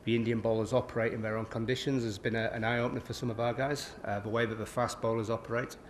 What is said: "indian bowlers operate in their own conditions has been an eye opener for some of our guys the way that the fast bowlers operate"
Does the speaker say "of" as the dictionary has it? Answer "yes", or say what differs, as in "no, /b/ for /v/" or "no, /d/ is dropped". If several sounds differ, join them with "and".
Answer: yes